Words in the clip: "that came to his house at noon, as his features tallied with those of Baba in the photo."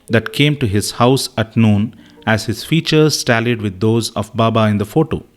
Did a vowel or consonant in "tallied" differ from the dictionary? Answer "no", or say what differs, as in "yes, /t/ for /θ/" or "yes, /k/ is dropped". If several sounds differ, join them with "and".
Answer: no